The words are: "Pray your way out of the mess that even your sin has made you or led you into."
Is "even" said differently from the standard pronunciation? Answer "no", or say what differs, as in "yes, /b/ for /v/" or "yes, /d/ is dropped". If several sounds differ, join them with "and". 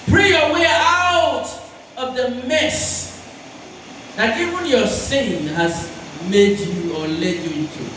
no